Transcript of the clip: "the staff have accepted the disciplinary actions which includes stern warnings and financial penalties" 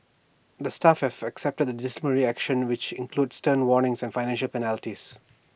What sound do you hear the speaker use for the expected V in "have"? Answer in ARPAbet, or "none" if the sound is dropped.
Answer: F